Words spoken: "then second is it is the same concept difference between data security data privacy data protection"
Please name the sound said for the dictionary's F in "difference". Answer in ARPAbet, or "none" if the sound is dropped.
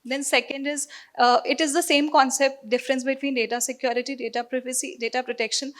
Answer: F